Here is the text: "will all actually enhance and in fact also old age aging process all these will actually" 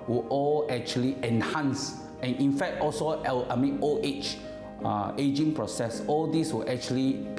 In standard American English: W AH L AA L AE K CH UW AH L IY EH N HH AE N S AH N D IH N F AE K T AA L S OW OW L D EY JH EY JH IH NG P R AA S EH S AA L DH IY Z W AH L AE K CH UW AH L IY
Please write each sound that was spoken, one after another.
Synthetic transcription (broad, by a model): W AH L AA L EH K CH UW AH L IY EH N HH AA N S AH N IH N F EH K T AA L S OW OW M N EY CH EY JH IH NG P R AA S EH S AA L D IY S W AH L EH K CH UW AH L IY